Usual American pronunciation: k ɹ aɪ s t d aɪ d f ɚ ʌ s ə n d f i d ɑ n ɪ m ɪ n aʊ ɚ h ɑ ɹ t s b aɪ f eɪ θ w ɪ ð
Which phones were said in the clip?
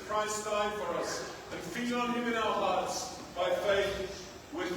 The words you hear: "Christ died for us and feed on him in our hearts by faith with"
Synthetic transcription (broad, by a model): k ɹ aɪ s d aɪ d f ɚ ʌ s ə n f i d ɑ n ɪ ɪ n aʊ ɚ h ɑ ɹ t s b aɪ f eɪ θ w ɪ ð